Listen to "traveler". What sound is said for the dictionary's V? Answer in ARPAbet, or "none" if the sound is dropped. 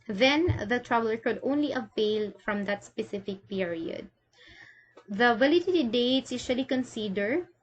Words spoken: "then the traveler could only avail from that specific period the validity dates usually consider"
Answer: B